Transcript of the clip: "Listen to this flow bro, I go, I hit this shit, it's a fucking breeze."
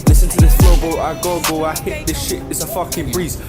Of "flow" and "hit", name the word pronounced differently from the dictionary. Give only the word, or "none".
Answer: flow